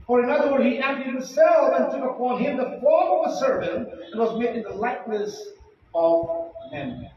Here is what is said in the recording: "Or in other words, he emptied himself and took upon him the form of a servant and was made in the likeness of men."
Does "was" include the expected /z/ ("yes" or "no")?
yes